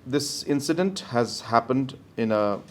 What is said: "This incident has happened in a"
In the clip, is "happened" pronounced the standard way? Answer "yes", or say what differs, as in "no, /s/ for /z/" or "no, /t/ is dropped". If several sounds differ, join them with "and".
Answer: yes